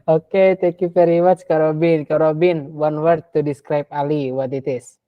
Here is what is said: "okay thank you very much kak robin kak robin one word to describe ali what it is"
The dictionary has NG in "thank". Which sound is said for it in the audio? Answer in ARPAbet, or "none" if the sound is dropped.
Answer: none